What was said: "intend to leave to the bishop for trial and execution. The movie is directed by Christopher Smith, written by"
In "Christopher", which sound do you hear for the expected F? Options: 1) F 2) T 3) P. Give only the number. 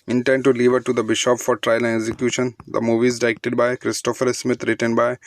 1